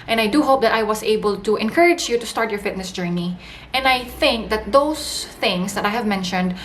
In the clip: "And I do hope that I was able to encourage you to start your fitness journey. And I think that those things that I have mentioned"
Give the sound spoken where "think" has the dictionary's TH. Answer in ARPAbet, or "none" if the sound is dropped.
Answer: TH